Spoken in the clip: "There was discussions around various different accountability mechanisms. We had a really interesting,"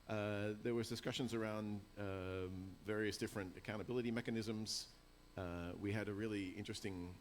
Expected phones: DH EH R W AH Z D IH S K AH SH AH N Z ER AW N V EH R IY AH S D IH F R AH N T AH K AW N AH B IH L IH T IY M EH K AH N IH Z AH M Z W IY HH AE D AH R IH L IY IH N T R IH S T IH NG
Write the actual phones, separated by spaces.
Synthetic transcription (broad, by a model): DH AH R W AH Z D IH S K AH SH AH N Z ER AW N V EH R IY AH S D IH F R AH N T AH K AW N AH B IH L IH T IY M EH K AH N IH Z AH M Z W IY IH D AH R IH L IY IH N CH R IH S T IH NG